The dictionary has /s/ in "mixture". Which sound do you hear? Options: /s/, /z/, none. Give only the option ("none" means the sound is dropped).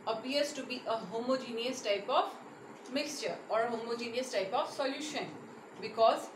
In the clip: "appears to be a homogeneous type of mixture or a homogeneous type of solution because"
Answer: /s/